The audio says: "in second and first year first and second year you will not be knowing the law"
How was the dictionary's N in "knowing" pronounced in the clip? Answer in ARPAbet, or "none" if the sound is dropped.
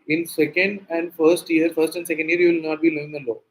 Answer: L